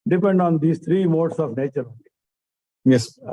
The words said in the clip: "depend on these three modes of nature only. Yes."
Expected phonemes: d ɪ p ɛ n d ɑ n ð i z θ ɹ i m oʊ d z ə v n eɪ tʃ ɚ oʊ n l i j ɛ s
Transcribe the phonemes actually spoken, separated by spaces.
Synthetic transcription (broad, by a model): d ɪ p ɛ n d ɑ n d i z t ɹ i m oʊ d s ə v n eɪ tʃ ɚ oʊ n i j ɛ s